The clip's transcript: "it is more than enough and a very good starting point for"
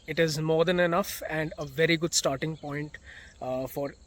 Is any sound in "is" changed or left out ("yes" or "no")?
no